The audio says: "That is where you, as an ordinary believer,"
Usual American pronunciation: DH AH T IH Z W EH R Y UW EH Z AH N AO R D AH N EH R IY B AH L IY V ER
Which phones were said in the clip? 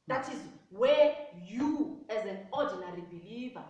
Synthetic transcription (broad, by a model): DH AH T IH Z W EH Y UW EH Z AH N AO D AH N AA R IY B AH L IY V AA